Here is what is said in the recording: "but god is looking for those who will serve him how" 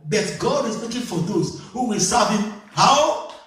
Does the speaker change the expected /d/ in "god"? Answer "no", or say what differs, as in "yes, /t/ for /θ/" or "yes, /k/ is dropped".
no